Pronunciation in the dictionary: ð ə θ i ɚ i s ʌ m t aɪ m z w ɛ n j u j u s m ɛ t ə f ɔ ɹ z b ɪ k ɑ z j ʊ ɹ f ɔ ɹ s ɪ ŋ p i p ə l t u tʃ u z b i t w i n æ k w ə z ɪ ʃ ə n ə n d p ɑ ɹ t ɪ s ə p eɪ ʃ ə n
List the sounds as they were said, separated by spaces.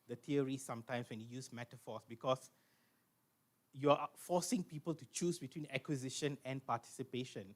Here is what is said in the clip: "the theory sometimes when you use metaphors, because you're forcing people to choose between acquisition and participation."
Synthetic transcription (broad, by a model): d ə t i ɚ i s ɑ m t aɪ m s w ɛ n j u j u s m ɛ t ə f ɔ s b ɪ k ɑ s j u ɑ f ɔ s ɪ ŋ p i p ə l t u tʃ u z b i t w i n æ k w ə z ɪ ʃ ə n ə n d p ɑ t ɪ s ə p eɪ ʃ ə n